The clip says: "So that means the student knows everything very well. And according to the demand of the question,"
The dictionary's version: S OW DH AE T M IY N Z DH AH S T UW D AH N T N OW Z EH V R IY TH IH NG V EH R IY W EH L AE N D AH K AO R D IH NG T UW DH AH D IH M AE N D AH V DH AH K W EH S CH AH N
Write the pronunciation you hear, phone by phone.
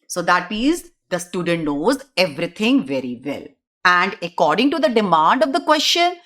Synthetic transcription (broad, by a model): S OW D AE T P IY Z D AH S T UW D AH N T N OW Z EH V R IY T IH NG V EH R IY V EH L AE N D AH K AO R D IH NG T UW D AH D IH M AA N D AH V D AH K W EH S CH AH N